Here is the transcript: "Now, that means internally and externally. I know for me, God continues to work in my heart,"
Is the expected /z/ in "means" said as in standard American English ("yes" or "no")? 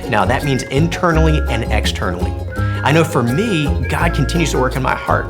yes